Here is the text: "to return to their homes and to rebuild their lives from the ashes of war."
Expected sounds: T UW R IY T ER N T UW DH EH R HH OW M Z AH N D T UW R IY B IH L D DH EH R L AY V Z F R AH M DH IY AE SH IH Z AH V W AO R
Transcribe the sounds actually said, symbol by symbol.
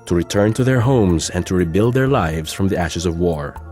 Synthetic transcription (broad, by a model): T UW R IY T ER N T UW DH EH R HH OW M Z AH N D T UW R IY B IH L D DH EH R L AY V Z F R AH M DH IY AE SH IH Z AH V W AO R